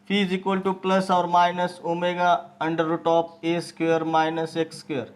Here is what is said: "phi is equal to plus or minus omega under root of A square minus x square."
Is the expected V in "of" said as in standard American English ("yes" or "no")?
no